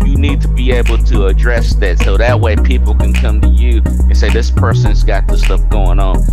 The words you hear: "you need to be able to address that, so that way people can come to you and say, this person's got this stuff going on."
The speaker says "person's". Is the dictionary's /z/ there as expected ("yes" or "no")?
yes